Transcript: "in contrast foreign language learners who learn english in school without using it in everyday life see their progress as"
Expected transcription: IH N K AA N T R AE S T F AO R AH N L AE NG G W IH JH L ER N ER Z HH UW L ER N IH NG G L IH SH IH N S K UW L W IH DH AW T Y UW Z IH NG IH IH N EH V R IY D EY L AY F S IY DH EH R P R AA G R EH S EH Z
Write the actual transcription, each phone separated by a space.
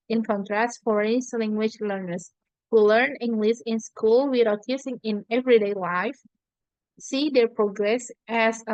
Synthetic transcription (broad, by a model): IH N K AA N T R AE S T F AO R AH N L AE NG G W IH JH L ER N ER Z HH UW L ER N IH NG G L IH S IH N S K UW L W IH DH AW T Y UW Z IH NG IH IH N EH V R IY D EY L AY F S IY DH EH R P R AA G R EH S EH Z